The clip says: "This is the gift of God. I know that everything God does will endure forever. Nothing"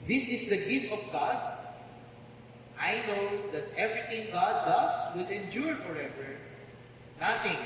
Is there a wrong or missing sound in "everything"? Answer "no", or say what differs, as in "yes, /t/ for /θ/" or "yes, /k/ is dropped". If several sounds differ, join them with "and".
yes, /t/ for /θ/